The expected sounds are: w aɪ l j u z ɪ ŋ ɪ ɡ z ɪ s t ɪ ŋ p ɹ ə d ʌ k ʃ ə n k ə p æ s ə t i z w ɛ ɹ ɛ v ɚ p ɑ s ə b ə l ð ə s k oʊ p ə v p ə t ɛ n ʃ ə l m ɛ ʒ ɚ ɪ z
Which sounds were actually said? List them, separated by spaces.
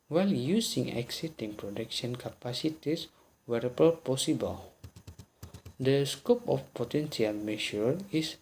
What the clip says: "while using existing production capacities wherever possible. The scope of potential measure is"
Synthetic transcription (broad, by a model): w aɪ l j u s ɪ ŋ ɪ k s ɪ t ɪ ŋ p ɹ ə d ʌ k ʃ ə n k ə p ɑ s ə t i s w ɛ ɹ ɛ b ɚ p ɑ s ə b ə l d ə s k oʊ p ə f p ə t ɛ n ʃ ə l m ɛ ʃ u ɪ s